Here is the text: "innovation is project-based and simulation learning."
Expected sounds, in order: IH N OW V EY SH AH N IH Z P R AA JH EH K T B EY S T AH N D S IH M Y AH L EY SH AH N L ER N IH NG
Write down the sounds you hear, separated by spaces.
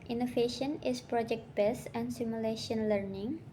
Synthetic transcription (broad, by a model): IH N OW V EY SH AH N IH S P R AA JH EH K T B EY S AH N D S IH M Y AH L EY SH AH N L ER N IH NG